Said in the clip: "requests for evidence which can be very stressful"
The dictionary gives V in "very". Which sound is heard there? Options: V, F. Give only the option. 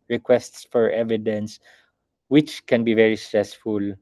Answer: V